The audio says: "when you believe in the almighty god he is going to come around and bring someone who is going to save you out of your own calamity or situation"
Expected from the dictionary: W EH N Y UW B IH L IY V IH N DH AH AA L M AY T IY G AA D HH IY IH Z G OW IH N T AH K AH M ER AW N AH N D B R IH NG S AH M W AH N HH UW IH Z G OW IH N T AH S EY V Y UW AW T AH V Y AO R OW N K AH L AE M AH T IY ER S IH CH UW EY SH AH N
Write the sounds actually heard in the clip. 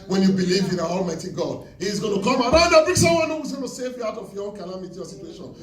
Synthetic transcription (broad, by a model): W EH N Y UW B IH L IY V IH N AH AA L M AY T IY G AA D HH IY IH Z G OW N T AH K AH M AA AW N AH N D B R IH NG S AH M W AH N HH UW IH Z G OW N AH S EY V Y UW AW T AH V Y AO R OW N K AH L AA M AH T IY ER S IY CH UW EY SH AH N